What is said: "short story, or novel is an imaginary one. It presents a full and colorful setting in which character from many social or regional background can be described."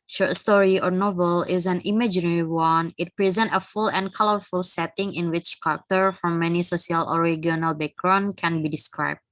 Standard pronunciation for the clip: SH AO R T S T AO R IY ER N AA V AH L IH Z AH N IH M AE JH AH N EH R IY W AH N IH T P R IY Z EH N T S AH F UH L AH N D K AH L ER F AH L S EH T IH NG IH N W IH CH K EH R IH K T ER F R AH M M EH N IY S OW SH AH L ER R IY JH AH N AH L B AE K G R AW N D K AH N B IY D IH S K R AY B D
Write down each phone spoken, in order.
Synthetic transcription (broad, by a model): SH AO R T S T AO R IY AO N AA V AH L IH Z AH N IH M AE JH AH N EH R IY W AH N IH T P R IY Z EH N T AH F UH L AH N K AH L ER F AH L S EH T IH NG IH N W IH CH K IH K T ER F R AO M M EH N IY S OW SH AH L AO R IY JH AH N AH L B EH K R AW N K AH N B IY D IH S K R AY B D